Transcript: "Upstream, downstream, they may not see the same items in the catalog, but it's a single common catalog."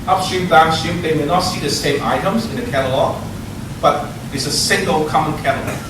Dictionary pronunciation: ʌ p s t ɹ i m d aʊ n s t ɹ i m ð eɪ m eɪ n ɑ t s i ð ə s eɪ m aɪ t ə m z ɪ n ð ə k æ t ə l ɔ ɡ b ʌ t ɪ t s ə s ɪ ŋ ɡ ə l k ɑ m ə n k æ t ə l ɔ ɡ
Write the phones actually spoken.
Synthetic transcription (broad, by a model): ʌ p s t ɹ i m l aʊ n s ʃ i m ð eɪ m eɪ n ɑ t s i ð ə s eɪ m aɪ t ə m z ɪ n ð ə k æ t ə l ɔ ɡ b ʌ t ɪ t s ə s ɪ ŋ ɡ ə l k ɑ m ə n k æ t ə l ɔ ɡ